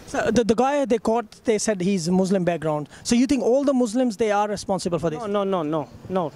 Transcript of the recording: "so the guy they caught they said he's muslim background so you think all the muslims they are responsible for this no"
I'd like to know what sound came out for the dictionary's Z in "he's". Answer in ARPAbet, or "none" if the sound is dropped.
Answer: Z